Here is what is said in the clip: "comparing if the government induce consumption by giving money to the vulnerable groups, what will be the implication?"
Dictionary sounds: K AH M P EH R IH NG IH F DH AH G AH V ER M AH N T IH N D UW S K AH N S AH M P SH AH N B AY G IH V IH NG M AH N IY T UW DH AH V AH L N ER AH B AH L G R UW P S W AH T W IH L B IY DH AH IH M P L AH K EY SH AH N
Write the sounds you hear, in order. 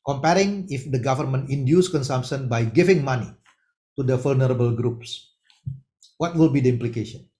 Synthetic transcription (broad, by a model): K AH M P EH R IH NG IH F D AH G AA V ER M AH N T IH N D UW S K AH N S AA M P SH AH N B AY G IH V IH NG M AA N IY T UW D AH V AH L N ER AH B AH L G R UW P S W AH T W IH L B IY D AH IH M P L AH K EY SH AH N